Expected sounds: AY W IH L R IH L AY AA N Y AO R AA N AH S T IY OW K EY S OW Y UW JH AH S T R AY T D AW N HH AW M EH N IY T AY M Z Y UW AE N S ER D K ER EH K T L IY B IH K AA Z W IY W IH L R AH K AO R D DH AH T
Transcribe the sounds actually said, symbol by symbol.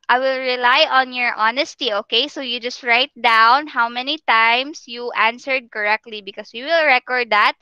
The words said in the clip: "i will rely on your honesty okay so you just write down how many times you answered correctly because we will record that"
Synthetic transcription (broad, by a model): AY W IH L R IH L AY AA N Y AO R AA N AH S T IY OW K EY S OW Y UW JH AH S T R AY T D AW N HH AW M EH N IY T AY M S Y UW AE N S ER D K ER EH K T L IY B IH K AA S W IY W IH L R AH K AO R D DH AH T